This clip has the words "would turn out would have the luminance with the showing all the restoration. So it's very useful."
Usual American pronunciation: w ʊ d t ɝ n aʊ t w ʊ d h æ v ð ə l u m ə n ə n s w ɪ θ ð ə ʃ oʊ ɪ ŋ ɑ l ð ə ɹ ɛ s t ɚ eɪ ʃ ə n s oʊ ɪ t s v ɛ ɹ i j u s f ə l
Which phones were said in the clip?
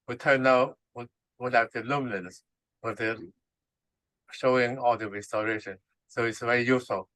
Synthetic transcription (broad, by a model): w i t ɝ n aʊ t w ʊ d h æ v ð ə l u m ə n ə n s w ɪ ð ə ʃ oʊ ɪ ŋ ɑ l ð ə ɹ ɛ s t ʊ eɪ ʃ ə n s oʊ ɪ t s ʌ w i j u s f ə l